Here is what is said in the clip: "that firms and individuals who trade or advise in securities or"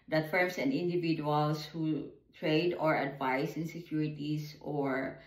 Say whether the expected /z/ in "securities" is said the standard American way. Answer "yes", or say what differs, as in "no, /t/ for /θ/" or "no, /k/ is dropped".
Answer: no, /s/ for /z/